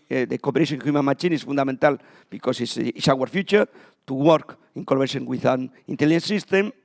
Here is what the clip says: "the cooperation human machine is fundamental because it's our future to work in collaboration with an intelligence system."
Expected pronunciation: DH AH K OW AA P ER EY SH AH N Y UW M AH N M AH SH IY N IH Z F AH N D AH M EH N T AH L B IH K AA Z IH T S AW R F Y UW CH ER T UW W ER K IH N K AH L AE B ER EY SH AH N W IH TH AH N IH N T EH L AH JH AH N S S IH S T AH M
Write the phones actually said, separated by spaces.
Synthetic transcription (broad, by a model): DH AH K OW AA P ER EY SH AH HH Y UW M AH N M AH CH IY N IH S F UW N D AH M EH N T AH L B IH K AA S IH S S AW R F Y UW CH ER T UW W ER K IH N K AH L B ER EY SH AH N W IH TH AH N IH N T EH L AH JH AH N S S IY S T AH M